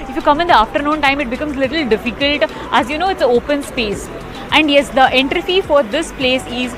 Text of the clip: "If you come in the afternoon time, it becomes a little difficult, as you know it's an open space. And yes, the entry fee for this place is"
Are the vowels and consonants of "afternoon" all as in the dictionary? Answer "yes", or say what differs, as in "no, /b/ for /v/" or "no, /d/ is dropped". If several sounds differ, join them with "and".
yes